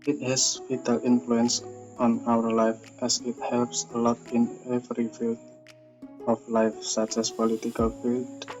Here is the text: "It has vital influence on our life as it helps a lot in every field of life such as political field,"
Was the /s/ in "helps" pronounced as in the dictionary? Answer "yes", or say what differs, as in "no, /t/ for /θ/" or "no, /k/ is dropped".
yes